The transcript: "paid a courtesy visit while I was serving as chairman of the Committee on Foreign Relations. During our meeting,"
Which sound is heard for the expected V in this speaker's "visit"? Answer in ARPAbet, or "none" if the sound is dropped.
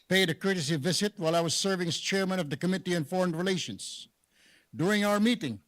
V